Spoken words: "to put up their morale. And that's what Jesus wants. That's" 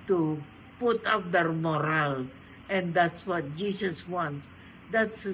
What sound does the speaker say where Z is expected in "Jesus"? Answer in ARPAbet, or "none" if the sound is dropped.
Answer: S